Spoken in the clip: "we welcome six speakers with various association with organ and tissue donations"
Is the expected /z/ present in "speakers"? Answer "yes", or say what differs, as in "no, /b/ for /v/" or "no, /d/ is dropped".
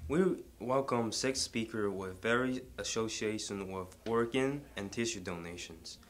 no, /z/ is dropped